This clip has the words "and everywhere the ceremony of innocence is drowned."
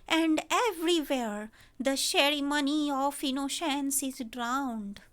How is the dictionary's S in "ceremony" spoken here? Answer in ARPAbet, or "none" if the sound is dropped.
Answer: SH